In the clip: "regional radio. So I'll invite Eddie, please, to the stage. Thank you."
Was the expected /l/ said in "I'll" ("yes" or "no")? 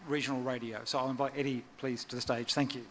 yes